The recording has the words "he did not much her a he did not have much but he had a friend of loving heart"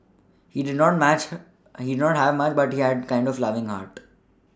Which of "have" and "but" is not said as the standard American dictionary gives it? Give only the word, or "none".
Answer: none